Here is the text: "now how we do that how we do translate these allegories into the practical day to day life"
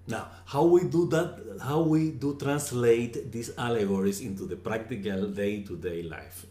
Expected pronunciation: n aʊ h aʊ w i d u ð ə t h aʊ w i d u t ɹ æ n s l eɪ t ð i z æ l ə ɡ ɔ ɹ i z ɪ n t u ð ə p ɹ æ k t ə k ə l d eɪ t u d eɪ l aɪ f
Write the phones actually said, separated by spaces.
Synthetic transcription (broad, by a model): n aʊ h aʊ w i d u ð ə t h aʊ w i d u t ɹ æ n s l eɪ t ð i s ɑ l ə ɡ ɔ ɹ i s ɪ n t u ð ə p ɹ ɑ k t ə k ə l d eɪ t u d eɪ l aɪ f